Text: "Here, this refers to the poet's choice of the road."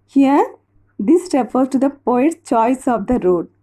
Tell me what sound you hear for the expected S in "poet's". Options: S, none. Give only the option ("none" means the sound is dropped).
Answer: none